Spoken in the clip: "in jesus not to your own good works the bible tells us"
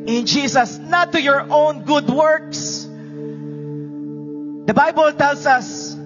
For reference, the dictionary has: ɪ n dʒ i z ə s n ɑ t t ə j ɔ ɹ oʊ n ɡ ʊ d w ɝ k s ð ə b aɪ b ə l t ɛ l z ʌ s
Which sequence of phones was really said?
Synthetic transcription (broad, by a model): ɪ n dʒ i s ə s n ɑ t t ə j ɔ ɹ oʊ n ɡ ʊ d w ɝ k s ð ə b aɪ b ə l t ɛ l s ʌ s